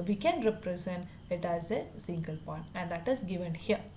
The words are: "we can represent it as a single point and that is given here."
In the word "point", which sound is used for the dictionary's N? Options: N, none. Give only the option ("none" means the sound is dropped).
none